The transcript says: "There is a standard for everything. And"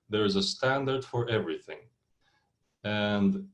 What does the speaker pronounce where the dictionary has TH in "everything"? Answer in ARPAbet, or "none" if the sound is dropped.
TH